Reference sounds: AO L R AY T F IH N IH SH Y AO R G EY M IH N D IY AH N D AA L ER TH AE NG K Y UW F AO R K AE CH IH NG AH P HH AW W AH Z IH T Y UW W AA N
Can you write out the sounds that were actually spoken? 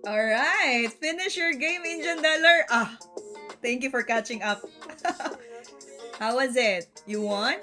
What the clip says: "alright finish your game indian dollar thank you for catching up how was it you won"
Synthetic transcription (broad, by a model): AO L R AY T F IH N IH SH Y AO R G EY M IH N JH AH N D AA L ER T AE NG K Y UW F AO R K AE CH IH NG AH P HH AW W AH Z IH T Y UW W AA N